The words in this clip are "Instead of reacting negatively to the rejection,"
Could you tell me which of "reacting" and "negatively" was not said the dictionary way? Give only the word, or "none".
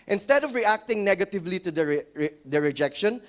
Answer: none